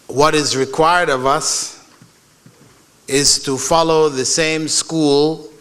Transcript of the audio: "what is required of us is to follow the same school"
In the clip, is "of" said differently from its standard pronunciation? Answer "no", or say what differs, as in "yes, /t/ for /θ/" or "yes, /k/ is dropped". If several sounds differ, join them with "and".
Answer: no